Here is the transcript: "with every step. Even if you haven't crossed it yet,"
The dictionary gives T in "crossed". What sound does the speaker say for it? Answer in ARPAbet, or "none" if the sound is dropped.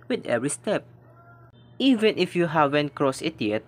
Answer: none